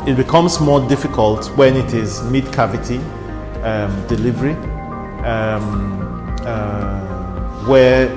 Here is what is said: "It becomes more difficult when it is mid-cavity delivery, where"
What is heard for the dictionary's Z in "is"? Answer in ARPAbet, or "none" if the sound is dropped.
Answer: Z